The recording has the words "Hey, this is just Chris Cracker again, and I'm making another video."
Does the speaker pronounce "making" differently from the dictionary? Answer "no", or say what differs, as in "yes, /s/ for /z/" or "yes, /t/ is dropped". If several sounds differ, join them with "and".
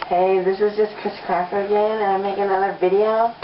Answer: yes, /k/ is dropped